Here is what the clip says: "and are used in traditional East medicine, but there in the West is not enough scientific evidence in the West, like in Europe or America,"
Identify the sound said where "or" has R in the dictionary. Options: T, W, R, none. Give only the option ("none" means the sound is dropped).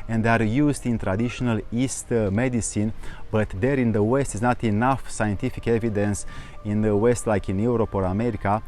R